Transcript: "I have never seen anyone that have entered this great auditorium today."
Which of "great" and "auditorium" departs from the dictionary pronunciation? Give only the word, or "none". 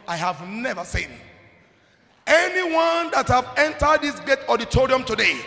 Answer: great